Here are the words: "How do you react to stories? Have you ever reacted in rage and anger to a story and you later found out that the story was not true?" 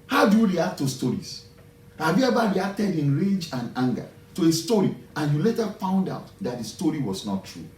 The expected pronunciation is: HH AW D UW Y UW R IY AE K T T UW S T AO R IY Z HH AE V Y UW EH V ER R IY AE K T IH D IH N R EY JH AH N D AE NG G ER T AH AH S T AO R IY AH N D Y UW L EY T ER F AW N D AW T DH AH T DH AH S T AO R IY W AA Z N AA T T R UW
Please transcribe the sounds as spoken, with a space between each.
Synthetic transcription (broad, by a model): HH AW D UW Y UW R IY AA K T T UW S T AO R IY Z HH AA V Y UW EH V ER R IY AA K T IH D IH N R EY JH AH N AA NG G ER T AH AH S T AO R IY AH N Y UW L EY T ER F AW N D AW T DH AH T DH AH S T AO R IY W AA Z N AA T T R UW